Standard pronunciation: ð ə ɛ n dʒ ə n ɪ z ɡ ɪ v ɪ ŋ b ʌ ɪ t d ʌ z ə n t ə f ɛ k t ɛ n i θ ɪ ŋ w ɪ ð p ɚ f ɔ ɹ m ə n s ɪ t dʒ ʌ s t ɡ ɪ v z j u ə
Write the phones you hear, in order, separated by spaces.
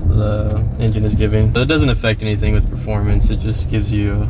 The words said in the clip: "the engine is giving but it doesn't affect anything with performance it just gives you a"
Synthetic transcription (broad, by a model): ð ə ɛ n dʒ ə n ɪ z ɡ ɪ v ɪ ŋ b ʌ ɪ t d ʌ z ə n t ə f ɛ k t ɛ n i θ ɪ ŋ w ɪ ð p ɚ f ɔ ɹ m ə n s ɪ t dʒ ʌ s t ɡ ɪ v z j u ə